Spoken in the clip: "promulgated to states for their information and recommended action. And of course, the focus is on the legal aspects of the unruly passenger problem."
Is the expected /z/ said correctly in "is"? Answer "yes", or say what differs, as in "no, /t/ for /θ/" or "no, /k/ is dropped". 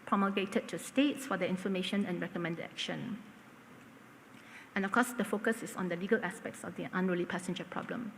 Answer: no, /s/ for /z/